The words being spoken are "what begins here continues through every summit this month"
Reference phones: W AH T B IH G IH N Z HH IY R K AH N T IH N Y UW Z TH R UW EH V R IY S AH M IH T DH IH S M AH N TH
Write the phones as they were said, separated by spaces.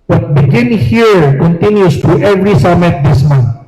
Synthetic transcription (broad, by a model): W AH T B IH G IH N HH IY R K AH N T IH N Y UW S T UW EH V R IY S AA M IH T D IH S M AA N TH